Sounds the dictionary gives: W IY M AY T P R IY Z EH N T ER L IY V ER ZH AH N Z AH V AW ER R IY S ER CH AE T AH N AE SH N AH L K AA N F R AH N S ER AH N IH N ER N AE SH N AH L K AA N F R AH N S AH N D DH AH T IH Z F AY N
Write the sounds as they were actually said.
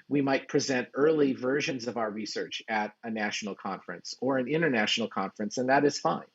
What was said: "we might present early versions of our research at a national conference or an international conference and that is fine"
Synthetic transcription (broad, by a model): W IY M AY T P R IY Z EH N T ER L IY V ER ZH AH N Z AH V AW ER R IY S ER CH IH T AH N AE SH N L K AA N F R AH N S ER AH N IH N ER N AE SH N L K AA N F R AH N S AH N DH AH T IH Z F AY N